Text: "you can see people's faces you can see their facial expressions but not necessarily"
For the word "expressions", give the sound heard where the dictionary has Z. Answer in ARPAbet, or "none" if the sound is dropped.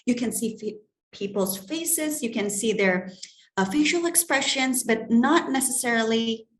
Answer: Z